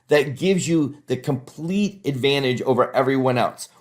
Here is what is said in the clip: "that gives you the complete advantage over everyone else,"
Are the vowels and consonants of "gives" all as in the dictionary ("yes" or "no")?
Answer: yes